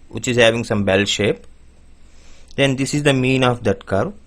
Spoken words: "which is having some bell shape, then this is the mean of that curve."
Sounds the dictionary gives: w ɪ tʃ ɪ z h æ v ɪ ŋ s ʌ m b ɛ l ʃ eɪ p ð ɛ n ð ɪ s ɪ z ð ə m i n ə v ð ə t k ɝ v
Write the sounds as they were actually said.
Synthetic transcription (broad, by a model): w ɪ tʃ ɪ z h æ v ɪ ŋ s ʌ m b ɛ l ʃ eɪ p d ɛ n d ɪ s ɪ z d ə m i n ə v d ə t k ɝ